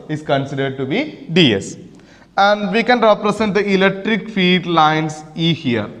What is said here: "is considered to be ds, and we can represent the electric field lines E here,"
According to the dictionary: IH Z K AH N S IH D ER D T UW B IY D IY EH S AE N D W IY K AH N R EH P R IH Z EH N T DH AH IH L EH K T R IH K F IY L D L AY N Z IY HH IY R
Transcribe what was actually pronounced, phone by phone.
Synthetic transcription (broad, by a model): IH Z K AH N S IH D ER D T UW B IY D IY EH S AE N D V IY K AH N R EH P R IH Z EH N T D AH IH L EH K T R IH K F IY D L AY N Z IY HH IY R